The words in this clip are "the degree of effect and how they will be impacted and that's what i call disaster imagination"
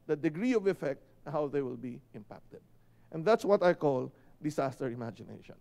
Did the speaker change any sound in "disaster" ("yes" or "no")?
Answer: yes